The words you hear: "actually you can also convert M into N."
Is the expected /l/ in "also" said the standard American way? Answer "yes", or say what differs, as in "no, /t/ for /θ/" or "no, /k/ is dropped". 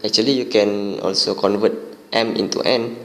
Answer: yes